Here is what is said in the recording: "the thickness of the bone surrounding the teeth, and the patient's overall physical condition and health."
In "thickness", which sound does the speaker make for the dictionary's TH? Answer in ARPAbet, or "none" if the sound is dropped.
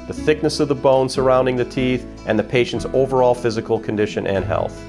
TH